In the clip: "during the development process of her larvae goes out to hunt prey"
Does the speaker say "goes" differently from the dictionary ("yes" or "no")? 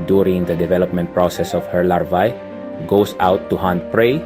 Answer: yes